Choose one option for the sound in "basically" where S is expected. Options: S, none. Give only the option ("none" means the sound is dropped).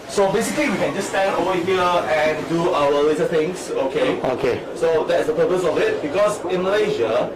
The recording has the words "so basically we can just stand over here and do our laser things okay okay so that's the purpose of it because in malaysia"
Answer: S